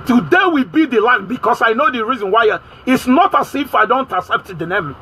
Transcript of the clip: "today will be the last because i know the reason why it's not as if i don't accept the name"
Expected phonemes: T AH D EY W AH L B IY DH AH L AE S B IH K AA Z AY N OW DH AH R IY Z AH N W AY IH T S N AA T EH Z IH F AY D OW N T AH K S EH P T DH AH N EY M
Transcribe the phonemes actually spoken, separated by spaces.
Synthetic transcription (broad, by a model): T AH D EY W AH B IY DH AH L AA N B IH K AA S AY N OW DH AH R IY Z AH N W AY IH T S N AA T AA S IH F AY D OW N T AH S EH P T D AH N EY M